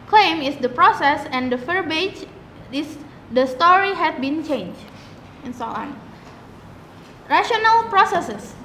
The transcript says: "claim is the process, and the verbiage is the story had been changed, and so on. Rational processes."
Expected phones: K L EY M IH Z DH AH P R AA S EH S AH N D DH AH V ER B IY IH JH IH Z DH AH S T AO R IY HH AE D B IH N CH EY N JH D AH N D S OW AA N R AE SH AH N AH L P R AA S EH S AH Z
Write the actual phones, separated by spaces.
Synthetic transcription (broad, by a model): K L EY M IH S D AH P R AA S EH S AH N D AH F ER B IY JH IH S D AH S T AO R IY HH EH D B IH N CH EY N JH AH N S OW AA N R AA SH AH N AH L P R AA S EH S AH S